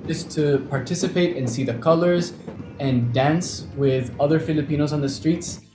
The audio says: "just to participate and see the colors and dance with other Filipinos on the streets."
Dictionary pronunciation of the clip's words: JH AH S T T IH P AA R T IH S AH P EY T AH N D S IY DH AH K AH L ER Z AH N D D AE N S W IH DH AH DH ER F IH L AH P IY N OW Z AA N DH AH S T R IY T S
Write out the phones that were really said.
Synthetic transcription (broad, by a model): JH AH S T T IH P AA R T IH S AH P EY T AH N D S IY DH AH K AH L ER Z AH N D D AE N S W IH DH AH DH ER F IH L AH P IY N OW Z N DH AH S T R IY T S